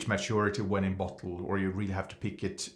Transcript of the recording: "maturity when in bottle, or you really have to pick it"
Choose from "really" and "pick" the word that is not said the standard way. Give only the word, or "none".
none